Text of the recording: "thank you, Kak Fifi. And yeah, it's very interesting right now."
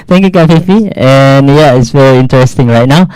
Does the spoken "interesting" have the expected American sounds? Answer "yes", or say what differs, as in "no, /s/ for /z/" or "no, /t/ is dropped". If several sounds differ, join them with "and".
yes